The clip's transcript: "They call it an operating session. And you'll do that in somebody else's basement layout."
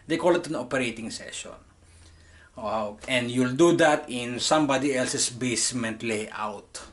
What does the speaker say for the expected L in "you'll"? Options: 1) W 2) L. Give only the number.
2